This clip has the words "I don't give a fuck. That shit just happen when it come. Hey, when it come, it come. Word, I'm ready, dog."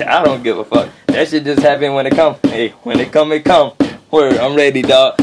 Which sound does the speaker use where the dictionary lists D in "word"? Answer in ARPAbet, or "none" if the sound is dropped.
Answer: none